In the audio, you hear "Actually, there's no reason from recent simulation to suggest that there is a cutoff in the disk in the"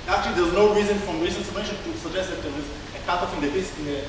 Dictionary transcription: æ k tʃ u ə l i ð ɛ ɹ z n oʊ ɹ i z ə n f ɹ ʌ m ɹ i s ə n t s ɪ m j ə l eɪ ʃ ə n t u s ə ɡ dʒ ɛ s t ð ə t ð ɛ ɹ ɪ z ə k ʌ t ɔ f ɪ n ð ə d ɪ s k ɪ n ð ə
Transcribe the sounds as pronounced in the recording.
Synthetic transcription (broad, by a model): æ k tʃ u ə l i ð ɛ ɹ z n oʊ ɹ i z ə n f ɹ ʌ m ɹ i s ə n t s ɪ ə eɪ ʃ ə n t u s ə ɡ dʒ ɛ s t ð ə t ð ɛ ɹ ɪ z ə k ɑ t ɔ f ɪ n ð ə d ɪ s ɪ n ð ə